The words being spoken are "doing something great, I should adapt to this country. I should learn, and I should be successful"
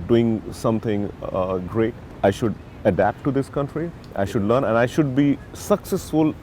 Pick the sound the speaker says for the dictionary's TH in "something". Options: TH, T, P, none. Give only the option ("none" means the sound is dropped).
T